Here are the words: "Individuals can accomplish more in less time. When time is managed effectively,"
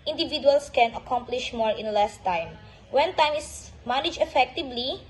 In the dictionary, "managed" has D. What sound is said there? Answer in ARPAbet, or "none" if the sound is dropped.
none